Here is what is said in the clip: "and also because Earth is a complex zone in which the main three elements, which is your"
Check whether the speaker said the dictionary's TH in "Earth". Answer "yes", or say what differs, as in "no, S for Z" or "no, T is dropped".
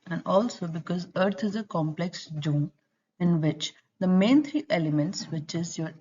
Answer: no, T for TH